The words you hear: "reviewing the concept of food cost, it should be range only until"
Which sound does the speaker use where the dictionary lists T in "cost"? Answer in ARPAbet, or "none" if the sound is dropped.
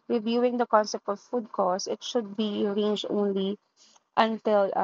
none